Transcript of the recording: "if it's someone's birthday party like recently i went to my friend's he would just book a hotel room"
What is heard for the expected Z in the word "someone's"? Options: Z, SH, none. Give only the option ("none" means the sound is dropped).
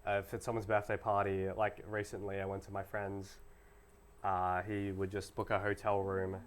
Z